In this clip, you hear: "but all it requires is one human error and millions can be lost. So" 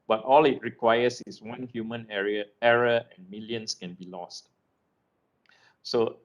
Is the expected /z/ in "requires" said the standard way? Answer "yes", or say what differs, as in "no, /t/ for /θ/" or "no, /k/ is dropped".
no, /s/ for /z/